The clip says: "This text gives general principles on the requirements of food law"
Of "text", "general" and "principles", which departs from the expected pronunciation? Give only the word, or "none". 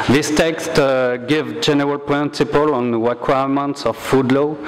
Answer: principles